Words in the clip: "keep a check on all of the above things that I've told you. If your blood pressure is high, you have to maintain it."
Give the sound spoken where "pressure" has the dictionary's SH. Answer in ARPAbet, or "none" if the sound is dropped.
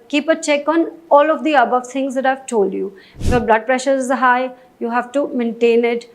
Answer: SH